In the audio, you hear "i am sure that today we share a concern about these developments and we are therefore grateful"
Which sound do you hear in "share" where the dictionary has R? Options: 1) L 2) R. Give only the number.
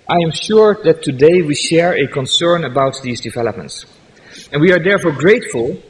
2